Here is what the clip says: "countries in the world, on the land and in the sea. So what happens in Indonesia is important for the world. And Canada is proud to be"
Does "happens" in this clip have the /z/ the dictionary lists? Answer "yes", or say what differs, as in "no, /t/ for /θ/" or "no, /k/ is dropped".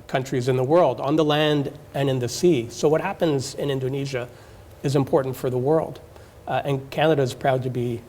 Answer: yes